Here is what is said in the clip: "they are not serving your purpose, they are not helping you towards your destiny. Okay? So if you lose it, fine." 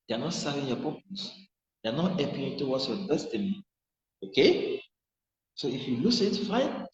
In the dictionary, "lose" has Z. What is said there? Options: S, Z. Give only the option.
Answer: S